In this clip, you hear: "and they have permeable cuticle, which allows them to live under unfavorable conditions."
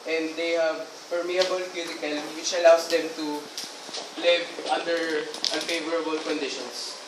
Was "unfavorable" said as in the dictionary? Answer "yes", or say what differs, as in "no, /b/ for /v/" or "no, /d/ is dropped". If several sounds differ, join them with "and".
yes